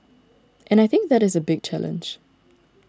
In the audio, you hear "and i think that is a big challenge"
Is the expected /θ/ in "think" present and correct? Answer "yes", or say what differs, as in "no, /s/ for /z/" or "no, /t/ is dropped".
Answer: yes